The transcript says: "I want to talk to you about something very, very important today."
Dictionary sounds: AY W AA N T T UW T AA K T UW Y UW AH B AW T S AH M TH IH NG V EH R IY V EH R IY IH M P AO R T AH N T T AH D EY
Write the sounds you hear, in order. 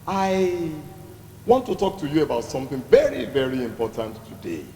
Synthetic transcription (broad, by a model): AY W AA N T T UW T AA K T UW Y UW AH B AW T S AH M TH IH NG V EH R IY V EH R IY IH M P AO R T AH N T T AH D EY